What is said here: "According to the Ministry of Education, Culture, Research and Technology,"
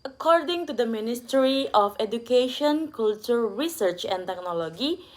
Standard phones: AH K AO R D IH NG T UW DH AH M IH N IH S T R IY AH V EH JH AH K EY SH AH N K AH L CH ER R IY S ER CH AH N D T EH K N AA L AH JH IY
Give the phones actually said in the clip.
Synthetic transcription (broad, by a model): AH K AO R D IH NG T UW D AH M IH N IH S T R IY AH F EH JH AH K EY SH AH N K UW L CH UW R IY S ER CH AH N T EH K N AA L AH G IY